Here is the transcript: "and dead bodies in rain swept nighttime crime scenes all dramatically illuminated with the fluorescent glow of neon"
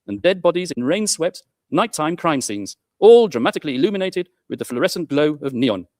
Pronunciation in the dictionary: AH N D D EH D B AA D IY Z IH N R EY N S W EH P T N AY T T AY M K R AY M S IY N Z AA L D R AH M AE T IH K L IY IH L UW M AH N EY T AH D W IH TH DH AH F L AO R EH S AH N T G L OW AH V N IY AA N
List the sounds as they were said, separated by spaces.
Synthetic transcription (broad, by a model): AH N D D EH D B AA D IY Z IH N R EY N S W EH P T N AY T T AY M K R AY M S IY N Z AA L D R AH M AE T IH K L IY IH L UW M AH N EY T AH D W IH DH AH F L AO R EH S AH N G L OW AH V N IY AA N